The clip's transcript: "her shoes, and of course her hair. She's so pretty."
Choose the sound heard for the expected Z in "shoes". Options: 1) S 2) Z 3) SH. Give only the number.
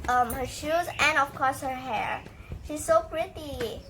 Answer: 2